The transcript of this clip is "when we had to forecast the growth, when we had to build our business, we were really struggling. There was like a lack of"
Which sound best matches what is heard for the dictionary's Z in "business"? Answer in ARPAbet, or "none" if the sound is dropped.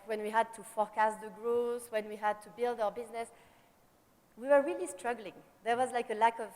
Z